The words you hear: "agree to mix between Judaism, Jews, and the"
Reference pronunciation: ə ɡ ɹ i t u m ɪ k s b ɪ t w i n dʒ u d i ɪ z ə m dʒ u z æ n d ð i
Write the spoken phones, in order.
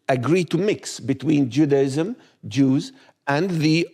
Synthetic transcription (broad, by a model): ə ɡ ɹ i t u m ɪ k s b ɪ t w i n dʒ u d i ɪ z ə m dʒ u z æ n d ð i